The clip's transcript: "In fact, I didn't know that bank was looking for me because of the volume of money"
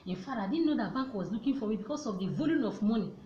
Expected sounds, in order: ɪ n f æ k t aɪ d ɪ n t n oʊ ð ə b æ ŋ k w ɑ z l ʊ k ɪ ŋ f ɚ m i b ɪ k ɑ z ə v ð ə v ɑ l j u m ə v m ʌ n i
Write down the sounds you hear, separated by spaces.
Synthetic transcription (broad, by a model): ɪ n f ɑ t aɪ d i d n oʊ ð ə b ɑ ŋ k w ɑ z l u k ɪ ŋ f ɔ m i b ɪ k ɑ s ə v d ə v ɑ l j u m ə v m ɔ n i